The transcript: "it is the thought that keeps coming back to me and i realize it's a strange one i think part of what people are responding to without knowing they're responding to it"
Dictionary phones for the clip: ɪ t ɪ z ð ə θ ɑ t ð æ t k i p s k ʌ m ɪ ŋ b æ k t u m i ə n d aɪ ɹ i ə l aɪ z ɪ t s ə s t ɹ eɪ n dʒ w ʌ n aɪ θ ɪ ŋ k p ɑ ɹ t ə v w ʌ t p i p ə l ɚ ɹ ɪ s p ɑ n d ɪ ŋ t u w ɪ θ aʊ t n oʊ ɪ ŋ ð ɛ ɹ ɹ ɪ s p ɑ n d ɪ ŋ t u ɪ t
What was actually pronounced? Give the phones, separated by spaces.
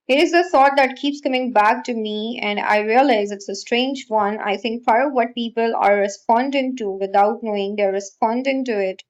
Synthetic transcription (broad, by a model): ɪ t ɪ z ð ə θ ɑ t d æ t k i p s k ʌ m ɪ ŋ b æ k t u m i ə n d aɪ ɹ i ə l aɪ z ɪ t s ə s t ɹ eɪ n dʒ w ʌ n aɪ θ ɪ ŋ k f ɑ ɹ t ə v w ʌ t p i p ə l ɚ ɹ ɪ s p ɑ n d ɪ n t u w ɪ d aʊ t n oʊ ɪ ŋ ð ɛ ɹ ɹ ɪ s p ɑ n d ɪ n t u ɪ t